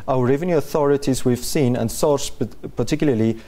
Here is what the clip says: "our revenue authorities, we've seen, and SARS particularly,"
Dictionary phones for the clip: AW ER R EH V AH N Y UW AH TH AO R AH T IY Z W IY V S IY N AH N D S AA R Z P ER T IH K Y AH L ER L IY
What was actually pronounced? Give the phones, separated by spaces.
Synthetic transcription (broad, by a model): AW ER R EH V AH N Y UW AH TH AO R AH T IY Z W IY V S IY N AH N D S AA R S P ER T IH K Y L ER L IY